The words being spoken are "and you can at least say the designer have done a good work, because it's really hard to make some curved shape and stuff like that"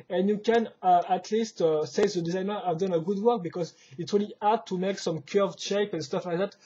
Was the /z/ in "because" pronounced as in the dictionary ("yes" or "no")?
yes